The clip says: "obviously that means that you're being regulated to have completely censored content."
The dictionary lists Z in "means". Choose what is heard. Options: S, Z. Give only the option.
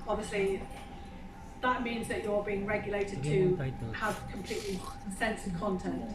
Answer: Z